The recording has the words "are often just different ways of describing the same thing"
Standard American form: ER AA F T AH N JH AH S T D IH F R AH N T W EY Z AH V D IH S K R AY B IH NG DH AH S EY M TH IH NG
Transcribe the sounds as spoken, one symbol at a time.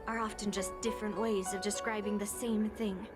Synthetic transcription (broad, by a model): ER AA F T AH N JH AH S D IH F R AH N T W EY Z AH V D IH S K R AY B IH NG DH AH S EY M TH IH NG